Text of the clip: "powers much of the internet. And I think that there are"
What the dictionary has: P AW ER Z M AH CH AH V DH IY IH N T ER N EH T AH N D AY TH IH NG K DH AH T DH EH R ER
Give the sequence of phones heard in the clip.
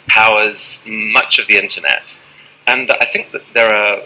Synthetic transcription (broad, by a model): P AW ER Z M AH CH AH V DH IY IH N T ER N EH T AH N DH AY TH IH NG K DH AH T DH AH R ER